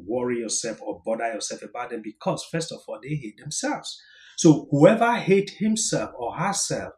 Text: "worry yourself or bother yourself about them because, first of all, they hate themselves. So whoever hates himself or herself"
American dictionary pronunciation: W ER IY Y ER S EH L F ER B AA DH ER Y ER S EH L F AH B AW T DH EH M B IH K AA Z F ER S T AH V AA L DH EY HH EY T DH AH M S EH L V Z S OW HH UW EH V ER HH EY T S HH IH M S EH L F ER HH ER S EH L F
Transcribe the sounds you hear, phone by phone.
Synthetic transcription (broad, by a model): W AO IY Y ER S EH L F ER B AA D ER Y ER S EH L F AH B AW T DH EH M B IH K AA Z F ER S T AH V AA L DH EY HH EY T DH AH M S EH L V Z S OW HH UW EH V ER HH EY T HH IH M S EH L F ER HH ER S EH L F